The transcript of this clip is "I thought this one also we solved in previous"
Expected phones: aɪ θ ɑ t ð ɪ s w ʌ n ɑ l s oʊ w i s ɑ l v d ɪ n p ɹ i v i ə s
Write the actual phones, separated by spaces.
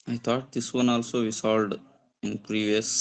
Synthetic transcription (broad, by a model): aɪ t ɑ t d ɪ s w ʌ n ɑ l s oʊ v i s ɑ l d ɪ n p ɹ i v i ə s